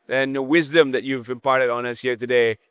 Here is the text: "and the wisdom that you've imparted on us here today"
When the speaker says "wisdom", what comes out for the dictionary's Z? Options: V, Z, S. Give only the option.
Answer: Z